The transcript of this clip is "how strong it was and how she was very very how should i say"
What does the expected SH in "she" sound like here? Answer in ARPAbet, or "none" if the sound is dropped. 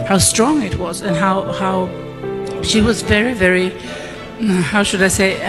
SH